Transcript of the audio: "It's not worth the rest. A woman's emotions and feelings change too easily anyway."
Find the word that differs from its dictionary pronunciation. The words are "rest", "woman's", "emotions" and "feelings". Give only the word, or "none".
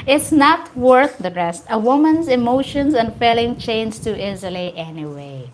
feelings